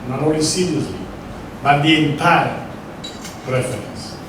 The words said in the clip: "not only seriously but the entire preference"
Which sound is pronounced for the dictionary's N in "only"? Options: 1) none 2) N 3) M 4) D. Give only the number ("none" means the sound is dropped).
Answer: 1